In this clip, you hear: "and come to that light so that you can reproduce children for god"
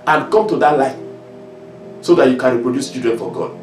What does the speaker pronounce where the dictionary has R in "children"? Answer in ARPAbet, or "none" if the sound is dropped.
none